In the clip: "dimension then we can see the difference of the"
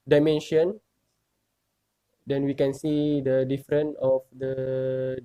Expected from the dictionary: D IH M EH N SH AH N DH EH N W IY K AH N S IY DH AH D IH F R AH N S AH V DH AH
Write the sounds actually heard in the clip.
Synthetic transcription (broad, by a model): D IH M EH N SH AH N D EH N W IY K AH N S IY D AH D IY F R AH N AH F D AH